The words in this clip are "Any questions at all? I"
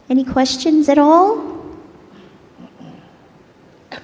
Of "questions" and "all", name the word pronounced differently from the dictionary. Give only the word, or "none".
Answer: none